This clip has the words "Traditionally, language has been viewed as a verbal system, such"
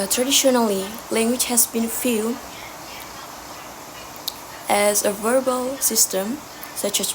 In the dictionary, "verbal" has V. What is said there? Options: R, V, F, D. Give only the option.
V